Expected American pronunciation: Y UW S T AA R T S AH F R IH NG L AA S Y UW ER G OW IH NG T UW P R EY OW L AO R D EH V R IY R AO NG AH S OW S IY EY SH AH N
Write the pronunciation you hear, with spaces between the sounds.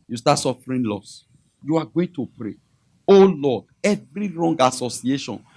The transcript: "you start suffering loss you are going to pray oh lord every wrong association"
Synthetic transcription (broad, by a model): Y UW S T AA T S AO F R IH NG L AA S Y UW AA G OW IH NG T UW P R EY OW L AO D EH V R IY R AO NG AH S OW S IY EY SH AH N